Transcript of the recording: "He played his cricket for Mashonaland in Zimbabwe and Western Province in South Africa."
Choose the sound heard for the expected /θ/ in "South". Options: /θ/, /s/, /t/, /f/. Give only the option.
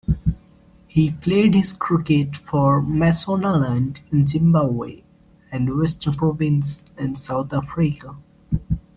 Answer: /t/